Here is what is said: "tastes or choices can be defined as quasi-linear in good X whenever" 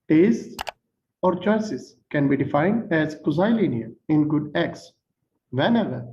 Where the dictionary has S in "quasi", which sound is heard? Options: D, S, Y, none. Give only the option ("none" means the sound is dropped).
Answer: none